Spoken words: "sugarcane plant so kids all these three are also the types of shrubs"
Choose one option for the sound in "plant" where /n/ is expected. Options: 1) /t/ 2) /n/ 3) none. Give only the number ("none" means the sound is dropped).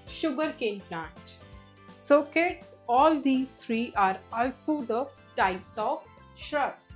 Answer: 3